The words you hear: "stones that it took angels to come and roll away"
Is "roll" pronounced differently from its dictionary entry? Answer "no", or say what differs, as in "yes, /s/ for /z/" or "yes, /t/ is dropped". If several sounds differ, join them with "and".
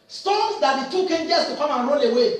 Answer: yes, /n/ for /l/